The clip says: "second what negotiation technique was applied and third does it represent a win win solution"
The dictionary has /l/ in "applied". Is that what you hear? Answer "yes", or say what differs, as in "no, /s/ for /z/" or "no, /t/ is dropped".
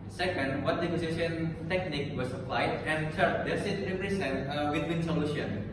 yes